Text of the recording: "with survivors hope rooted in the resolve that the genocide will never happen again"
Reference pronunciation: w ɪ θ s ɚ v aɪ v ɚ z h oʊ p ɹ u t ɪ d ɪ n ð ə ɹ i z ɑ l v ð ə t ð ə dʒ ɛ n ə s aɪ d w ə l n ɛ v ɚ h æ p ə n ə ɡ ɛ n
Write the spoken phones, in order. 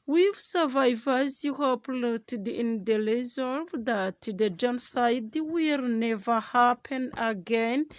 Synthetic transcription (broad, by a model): w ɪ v s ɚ v aɪ v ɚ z h oʊ p l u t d ɪ n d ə l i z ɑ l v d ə t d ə dʒ ɛ n ə s aɪ d w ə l n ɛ v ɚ h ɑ p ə n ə ɡ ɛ n